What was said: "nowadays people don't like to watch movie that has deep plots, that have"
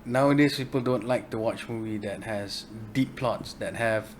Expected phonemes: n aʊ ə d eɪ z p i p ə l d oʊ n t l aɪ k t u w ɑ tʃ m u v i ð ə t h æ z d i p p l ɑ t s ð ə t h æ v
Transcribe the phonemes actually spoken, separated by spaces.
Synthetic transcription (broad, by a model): n aʊ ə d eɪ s p i p ə l d oʊ n t l aɪ k t u w ɑ tʃ m u v i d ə t h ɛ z d i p p l ɑ t s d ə t h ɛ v